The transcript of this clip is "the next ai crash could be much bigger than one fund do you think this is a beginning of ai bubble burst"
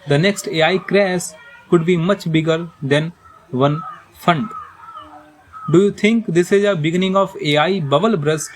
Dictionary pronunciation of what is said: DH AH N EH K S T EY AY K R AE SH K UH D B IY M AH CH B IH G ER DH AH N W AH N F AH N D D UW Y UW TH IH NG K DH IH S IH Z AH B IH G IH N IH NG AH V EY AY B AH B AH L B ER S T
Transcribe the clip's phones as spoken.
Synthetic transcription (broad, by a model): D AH N EH K S T EY AY K R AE S K UH D B IY M AH CH B IH G ER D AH N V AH N F AH N D D UW Y UW T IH NG K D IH S IH Z AH B IH G IH N IH NG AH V EY AY B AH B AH L B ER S